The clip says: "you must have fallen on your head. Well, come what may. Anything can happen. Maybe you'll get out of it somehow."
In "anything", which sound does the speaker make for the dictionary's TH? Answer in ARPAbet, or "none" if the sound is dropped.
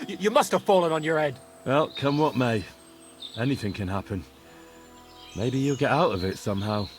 TH